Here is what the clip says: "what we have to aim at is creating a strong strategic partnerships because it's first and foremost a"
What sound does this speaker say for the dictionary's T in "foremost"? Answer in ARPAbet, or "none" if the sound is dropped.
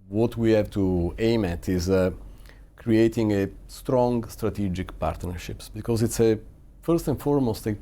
T